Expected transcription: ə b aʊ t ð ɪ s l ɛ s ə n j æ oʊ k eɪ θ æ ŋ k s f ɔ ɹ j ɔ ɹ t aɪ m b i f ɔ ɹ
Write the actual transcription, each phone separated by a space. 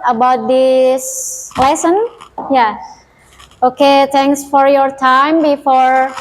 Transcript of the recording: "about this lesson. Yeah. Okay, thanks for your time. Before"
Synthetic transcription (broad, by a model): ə b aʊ t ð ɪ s l ɛ s ə n j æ oʊ k eɪ t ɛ ŋ k s f ɔ ɹ j ɔ ɹ t aɪ m b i f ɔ ɹ